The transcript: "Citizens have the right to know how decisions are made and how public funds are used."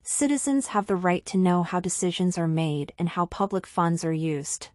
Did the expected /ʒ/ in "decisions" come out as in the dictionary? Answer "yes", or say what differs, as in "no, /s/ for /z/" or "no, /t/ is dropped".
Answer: yes